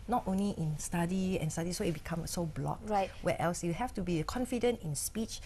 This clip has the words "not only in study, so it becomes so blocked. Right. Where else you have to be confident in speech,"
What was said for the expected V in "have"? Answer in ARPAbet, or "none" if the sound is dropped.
F